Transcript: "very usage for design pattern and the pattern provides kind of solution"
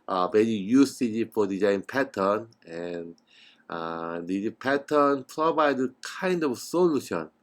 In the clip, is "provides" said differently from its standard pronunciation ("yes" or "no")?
yes